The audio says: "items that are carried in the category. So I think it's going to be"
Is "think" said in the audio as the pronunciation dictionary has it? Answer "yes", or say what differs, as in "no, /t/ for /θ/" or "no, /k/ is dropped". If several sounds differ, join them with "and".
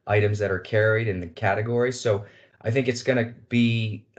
yes